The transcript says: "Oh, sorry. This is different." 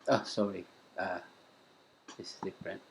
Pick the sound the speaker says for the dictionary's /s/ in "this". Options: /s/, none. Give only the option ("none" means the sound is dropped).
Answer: none